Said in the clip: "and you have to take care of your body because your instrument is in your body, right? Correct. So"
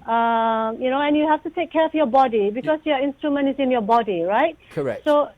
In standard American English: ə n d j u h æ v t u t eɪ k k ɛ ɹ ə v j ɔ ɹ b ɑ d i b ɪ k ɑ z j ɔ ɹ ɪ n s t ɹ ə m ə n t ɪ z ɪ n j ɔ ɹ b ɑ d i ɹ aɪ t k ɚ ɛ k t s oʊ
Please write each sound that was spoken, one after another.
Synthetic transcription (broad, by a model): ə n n j u h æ f t u t eɪ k k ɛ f j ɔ b ɑ d i b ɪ k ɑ s j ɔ ɪ n s t ɹ ə m ə n t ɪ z ɪ n j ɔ b ɑ d i ɹ aɪ t k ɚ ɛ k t s oʊ